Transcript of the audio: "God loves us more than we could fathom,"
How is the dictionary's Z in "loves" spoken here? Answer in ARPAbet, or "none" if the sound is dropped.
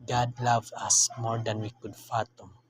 none